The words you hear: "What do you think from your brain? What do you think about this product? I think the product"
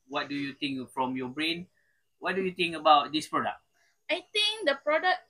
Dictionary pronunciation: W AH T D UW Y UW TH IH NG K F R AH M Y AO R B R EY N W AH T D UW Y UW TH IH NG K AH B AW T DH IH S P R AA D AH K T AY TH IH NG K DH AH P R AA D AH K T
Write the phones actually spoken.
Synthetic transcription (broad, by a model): W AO T D UW Y UW T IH NG K F R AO M Y AO B R EY N W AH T D UW Y UW T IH NG K AH B AW T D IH S P R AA D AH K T AY T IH NG K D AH P R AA D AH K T